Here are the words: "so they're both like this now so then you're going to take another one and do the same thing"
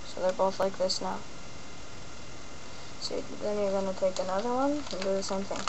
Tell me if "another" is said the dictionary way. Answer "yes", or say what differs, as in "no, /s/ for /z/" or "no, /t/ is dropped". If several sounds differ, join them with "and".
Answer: yes